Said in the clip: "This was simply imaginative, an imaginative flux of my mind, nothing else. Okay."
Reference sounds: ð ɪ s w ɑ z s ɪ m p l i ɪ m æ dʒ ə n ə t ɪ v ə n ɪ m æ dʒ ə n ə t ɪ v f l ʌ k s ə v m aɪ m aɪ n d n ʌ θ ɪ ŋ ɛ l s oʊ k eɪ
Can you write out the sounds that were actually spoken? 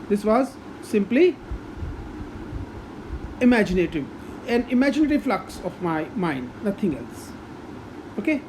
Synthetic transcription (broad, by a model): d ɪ s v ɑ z s ɪ m p l i ɪ m æ dʒ ə n ə t ɪ v ə n ɪ m æ dʒ ə n ə t ɪ v f l ʌ k s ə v m aɪ m aɪ n d n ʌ t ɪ ŋ ɛ l s oʊ k eɪ